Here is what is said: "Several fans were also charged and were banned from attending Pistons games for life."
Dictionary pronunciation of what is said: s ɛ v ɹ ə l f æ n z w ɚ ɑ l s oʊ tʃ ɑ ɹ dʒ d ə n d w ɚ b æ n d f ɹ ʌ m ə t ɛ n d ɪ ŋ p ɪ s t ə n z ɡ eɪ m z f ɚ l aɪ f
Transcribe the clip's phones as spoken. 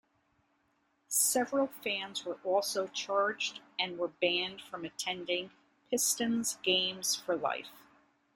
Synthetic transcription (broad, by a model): s ɛ v ɹ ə l f æ n z w ɚ ɑ l s oʊ tʃ ɑ ɹ dʒ d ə n w ɚ b æ n d f ɹ ʌ m ə t ɛ n d ɪ ŋ p ɪ s t ə n z ɡ eɪ m z f ɚ l aɪ f